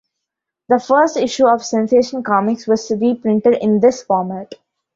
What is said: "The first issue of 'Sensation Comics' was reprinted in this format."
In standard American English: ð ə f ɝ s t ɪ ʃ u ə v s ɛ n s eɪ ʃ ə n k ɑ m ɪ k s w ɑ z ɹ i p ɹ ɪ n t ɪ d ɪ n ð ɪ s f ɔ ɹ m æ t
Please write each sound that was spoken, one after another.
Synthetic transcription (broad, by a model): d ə f ɝ s t ɪ ʃ u ə v s ɛ n s eɪ ʃ ə n k ɑ m ɪ k s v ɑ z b i p ɹ ɪ n t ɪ d ɪ n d ɪ s f ɔ ɹ m æ t